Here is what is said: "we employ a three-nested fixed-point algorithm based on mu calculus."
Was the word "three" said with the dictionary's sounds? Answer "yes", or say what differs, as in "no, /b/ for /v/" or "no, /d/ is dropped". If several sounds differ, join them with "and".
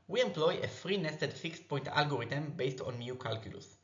no, /f/ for /θ/